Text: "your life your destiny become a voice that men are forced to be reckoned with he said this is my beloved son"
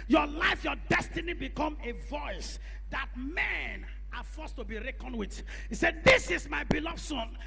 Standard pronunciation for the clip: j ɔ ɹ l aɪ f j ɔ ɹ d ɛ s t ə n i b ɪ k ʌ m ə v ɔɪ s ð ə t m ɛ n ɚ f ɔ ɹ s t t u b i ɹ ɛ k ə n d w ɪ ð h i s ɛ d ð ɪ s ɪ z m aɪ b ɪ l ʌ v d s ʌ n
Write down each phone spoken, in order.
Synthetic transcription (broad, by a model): j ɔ l aɪ f j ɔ d ɛ s t ə n i b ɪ k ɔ m ə v ɔɪ s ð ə t m ɛ n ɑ f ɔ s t t u b i ɹ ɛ k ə n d w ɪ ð h i s ɛ d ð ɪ s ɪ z m aɪ b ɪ l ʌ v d s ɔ n